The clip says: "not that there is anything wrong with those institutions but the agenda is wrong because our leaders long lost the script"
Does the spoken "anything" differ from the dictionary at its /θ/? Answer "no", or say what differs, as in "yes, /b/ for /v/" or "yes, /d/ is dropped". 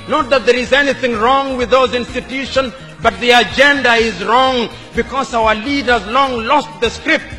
no